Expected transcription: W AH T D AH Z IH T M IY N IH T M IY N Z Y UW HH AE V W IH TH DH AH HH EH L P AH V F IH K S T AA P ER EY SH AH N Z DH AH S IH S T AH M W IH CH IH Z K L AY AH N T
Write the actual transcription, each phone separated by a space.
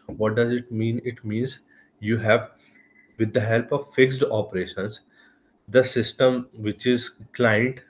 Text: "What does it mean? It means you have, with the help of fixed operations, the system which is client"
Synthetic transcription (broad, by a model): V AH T D AH Z IH T M IY N IH T M IY N Z Y UW HH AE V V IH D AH HH EH L P AH V F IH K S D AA P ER EY SH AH N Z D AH S IH S T AH M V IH CH IH Z K L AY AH N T